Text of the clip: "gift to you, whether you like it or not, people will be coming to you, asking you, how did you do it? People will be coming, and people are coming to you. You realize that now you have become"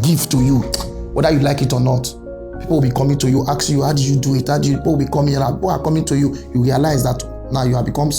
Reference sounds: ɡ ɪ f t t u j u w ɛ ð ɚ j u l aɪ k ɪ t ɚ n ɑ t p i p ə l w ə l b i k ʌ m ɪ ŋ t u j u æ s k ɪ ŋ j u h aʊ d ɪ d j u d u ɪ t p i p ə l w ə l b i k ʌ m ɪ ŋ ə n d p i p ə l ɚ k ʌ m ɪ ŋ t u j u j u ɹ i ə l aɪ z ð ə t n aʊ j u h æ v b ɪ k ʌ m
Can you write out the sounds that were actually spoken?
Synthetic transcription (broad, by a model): ɡ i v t t u j u w ɛ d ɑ j u l aɪ k ɪ t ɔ n ɑ t p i p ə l w ə l b i k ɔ m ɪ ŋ t u j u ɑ k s j u h aʊ d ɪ j u d u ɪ t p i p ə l w ə l b i k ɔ m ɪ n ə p i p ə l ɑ k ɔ m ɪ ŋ t u j u j u ɹ i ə l aɪ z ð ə t n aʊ j u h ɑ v b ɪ k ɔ m